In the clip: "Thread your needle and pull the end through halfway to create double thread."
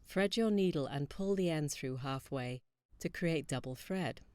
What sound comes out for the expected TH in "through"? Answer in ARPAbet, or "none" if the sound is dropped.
TH